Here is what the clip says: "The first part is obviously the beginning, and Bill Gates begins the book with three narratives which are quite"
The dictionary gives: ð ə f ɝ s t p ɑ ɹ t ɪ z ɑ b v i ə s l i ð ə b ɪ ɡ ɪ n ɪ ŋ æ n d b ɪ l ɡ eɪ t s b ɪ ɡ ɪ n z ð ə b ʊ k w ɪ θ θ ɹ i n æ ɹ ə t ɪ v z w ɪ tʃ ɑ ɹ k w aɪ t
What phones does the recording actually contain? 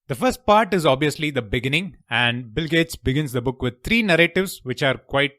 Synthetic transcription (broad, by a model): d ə f ɝ s t p ɑ ɹ t ɪ z ɑ b v i ə s l i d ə b ɪ ɡ ɪ n ɪ ŋ æ n d b ɪ l ɡ eɪ t s b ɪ ɡ ɪ n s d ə b ʊ k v ɪ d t ɹ i n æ ɹ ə t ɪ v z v ɪ tʃ ɑ ɹ k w aɪ t